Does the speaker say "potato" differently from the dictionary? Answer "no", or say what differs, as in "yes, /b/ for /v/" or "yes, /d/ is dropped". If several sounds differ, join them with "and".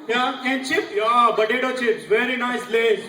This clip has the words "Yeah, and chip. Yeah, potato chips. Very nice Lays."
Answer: yes, /b/ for /p/